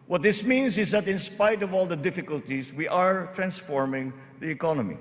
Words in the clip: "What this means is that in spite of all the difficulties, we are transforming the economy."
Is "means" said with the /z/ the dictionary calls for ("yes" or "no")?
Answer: no